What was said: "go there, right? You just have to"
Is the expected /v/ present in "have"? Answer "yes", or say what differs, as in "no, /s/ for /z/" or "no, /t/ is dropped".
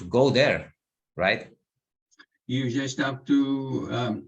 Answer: no, /p/ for /v/